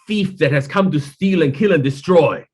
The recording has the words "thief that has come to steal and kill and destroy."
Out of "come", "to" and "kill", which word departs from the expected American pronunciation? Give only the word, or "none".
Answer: none